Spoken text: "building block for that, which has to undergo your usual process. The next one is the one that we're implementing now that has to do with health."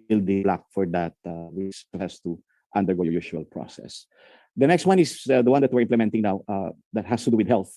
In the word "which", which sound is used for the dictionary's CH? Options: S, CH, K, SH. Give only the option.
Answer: S